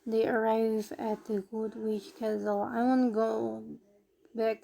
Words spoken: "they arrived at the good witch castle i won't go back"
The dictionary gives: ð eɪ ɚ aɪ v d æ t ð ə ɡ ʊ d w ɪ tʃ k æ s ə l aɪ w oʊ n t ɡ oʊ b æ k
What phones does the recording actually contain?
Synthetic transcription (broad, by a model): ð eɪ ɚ aɪ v æ t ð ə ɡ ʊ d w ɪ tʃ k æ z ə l aɪ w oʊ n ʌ ɡ oʊ b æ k